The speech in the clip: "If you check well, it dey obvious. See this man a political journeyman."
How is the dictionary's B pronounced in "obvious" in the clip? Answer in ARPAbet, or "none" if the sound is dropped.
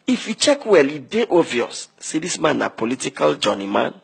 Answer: none